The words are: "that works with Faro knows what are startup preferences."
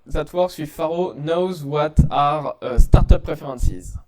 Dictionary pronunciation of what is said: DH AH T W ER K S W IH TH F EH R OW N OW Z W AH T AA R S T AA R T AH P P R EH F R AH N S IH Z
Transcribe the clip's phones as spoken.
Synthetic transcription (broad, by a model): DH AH T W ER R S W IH F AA R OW N OW Z W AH T AA R S T AA R T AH P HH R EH F R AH N S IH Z